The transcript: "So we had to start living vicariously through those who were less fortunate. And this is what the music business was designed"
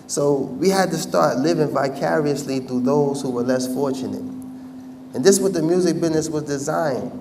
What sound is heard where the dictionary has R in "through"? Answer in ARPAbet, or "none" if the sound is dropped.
none